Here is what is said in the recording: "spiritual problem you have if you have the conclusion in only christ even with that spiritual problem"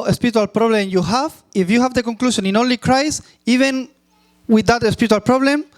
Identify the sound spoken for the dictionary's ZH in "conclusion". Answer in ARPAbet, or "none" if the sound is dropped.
SH